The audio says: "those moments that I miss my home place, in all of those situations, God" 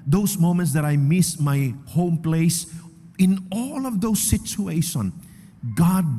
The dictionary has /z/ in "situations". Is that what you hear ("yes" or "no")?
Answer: no